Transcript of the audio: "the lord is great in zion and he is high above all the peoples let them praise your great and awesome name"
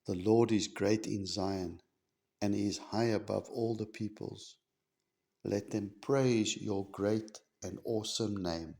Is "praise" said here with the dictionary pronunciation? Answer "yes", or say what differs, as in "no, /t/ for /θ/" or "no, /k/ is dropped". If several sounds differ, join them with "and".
yes